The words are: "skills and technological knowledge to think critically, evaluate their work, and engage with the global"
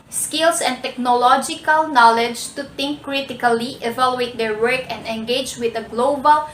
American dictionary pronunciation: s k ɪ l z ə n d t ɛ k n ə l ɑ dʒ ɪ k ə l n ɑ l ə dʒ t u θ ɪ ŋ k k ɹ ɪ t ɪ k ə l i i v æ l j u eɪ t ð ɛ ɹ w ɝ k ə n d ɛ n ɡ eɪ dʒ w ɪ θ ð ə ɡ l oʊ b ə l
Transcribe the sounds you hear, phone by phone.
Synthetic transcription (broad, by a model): s k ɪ l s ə n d t ɛ k n ə l ɑ dʒ ɪ k ə l n ɑ l ə dʒ t u t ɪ ŋ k k ɹ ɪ t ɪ k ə l i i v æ l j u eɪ t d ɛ ɹ w ɝ k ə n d ɛ n ɡ eɪ dʒ w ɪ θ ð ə ɡ l oʊ b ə l